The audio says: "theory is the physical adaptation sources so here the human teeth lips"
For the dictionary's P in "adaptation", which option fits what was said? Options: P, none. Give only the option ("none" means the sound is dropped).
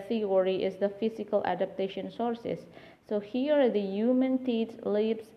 P